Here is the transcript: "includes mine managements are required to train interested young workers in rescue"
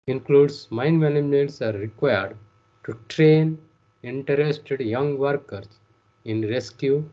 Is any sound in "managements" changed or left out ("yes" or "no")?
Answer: yes